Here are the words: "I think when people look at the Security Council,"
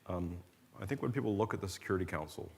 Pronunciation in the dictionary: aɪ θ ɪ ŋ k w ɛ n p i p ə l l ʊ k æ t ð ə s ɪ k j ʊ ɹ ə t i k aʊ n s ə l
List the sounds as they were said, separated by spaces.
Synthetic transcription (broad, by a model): aɪ θ ɪ ŋ k w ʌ n p i p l l ʊ k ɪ t ð ə s ɪ k j ʊ ɹ ə t i k aʊ n s l